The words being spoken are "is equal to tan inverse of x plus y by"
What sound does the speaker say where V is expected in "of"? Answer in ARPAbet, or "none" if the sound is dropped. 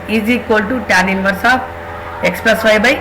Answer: P